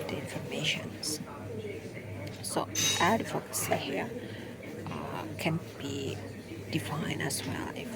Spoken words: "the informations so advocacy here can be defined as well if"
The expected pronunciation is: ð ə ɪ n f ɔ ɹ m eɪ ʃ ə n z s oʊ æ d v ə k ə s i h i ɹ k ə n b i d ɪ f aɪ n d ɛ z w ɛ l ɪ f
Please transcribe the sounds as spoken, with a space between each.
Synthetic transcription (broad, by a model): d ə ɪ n f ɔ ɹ m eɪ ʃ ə n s s oʊ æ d f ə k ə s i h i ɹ k ə n b i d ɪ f aɪ n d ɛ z w ɛ l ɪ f